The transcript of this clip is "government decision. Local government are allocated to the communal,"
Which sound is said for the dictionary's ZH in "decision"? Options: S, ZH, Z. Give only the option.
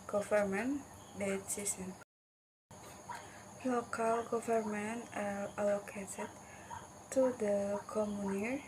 S